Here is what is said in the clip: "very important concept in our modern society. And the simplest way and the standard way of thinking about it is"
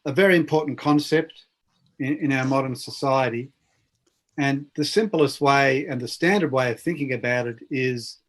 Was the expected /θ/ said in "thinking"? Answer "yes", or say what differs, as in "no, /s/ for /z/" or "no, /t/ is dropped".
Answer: yes